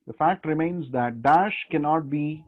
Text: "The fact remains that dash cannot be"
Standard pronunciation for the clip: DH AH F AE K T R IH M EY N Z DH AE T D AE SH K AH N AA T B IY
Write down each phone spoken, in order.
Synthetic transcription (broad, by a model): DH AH F AE K T R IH M EY N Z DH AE T D AE SH K AH N AA T B IY